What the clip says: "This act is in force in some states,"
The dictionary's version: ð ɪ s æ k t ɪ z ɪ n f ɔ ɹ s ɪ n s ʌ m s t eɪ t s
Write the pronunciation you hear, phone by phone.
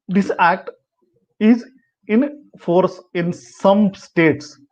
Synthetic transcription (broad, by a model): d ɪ s æ k t ɪ z ɪ n f ɔ ɹ s ɪ n s ʌ m s t eɪ t s